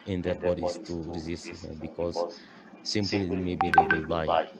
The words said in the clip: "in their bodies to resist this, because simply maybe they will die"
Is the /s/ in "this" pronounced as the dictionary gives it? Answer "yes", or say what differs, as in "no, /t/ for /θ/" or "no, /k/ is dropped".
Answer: no, /s/ is dropped